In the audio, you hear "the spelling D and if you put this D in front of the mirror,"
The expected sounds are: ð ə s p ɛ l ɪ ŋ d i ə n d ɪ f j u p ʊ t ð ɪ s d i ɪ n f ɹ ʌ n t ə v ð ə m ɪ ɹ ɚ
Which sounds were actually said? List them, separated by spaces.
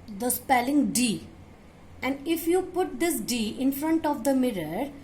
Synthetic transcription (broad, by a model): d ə s p ɛ l ɪ ŋ d i ə n d ɪ f j u p ʊ t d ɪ s d i ɪ n f ɹ ʌ n t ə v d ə m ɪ ɹ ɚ